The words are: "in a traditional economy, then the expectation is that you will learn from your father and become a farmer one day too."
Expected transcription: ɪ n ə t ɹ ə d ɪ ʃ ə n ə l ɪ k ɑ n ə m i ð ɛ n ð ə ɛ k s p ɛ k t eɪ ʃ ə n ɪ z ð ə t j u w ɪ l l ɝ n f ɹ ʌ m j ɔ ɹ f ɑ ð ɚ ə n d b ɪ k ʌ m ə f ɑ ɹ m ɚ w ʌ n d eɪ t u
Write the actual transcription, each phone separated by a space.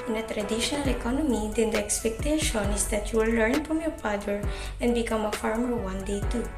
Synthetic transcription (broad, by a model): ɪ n ə t ɹ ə d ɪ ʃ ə n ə l ɪ k ɑ n ə m i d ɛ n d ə ɛ k s p ɛ k t eɪ ʃ ə n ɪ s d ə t j u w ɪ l l ɝ n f ɹ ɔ m j ɔ ɹ p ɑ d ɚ ə n d b ɪ k ʌ m ə f ɑ ɹ m ɚ w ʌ n d eɪ t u